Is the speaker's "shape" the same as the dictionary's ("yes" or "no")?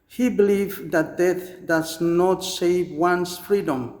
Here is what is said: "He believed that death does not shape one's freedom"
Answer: no